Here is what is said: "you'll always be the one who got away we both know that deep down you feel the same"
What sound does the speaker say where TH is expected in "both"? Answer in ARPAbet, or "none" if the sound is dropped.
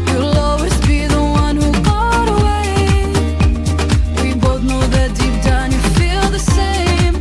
TH